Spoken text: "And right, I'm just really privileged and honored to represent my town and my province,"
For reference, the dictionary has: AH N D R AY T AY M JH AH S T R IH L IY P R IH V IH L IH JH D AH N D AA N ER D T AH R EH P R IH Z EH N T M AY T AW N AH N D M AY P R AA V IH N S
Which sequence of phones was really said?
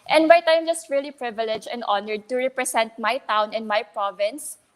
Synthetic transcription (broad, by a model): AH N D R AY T AY M JH AH S T R IH L IY P R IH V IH L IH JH AH N D AA N ER D T AH R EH P R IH S EH N T M AY T AW N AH N M AY P R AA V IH N S